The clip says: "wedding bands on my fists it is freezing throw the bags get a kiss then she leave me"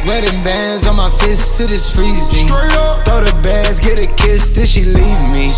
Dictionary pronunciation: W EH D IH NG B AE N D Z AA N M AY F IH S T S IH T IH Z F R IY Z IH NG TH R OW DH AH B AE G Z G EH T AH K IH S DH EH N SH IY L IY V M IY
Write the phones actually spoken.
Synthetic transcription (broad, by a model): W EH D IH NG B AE N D Z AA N M AY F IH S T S IH T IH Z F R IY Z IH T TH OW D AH B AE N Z G EH T AH K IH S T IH L SH IY L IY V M IY